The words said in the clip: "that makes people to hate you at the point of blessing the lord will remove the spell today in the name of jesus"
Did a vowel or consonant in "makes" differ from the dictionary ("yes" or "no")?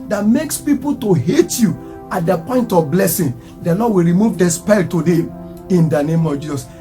no